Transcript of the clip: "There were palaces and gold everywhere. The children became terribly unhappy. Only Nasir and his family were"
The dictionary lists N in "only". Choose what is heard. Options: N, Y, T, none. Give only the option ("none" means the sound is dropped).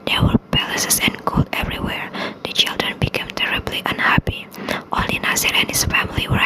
none